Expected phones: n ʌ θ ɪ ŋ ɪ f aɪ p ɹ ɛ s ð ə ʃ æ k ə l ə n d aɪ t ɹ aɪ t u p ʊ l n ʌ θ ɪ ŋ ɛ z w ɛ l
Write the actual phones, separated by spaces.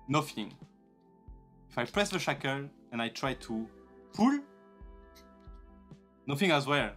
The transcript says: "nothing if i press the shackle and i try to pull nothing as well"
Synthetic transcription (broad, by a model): n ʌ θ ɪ ŋ ɪ f aɪ p ɹ ɛ s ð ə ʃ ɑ k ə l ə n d aɪ t ɹ aɪ t u f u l n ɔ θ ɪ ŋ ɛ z w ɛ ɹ